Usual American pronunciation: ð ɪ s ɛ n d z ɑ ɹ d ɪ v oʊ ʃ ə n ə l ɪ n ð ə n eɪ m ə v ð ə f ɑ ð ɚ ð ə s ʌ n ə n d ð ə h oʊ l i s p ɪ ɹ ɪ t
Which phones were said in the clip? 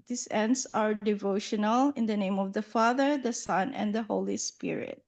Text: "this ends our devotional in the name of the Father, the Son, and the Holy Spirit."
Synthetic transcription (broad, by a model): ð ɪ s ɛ n d s ɑ ɹ d ɪ v oʊ ʃ ə n ə l ɪ n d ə n eɪ m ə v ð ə f ɑ ð ɚ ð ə s ʌ n ə n d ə h oʊ l i s p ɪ ɹ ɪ t